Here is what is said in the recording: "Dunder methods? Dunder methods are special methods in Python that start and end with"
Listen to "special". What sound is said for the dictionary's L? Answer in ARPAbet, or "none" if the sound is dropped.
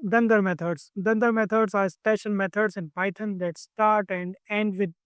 N